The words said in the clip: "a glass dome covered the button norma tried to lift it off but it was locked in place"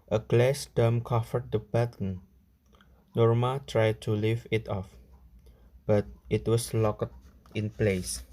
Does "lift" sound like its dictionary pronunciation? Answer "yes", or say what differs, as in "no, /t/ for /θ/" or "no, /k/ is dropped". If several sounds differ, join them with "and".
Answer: no, /t/ is dropped